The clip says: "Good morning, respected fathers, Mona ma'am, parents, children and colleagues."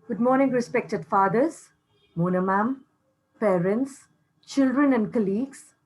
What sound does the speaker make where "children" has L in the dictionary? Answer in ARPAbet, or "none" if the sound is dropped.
L